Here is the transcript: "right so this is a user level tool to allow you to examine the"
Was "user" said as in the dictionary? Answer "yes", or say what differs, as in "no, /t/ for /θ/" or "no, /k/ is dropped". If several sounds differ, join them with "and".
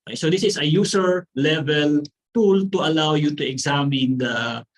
no, /s/ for /z/